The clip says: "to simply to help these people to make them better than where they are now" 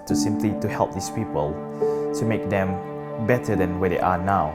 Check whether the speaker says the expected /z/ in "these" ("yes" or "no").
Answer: no